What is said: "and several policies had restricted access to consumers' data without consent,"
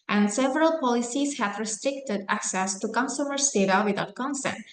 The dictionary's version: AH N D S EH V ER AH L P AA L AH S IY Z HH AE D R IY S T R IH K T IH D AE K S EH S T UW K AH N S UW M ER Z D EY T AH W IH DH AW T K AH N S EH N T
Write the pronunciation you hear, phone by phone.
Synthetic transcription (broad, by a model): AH N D S EH V ER AH L P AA L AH S IY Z HH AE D R IY S T R IH K T IH D AE K S EH S T UW K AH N S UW M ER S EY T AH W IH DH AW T K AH N S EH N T